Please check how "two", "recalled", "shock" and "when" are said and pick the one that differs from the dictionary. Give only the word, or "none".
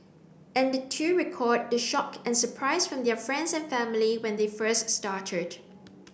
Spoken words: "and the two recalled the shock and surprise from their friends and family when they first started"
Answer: recalled